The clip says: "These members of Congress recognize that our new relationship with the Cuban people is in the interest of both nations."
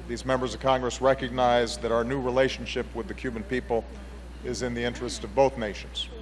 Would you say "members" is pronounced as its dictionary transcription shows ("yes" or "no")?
yes